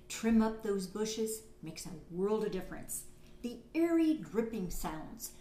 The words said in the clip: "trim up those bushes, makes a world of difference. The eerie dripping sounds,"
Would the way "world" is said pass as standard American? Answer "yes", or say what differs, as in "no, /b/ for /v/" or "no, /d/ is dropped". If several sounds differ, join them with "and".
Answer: yes